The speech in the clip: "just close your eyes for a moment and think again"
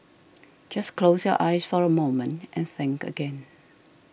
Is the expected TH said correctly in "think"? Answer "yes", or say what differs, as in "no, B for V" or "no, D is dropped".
yes